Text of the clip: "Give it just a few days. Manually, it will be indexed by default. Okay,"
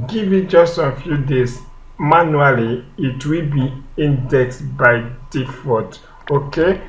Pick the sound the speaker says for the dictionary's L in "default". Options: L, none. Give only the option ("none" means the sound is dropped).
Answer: none